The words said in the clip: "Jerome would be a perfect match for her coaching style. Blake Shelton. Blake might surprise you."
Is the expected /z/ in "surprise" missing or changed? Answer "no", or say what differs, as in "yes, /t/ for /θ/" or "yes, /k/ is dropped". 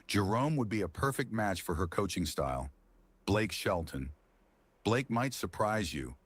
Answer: no